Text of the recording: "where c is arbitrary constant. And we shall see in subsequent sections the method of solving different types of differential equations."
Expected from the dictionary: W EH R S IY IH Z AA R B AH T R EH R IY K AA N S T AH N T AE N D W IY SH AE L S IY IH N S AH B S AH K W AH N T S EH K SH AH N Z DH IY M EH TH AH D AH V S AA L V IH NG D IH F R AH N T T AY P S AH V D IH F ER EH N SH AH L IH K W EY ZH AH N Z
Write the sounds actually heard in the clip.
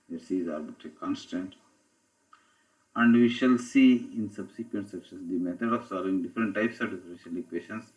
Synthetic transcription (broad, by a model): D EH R S IY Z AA R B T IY K AA N S T AH N T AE N D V IY SH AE L S IY IH N S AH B S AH K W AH N T S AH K S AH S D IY M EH T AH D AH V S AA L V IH NG D IH F R AH N T T AY P S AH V D IH F ER EH N SH AH L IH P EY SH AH N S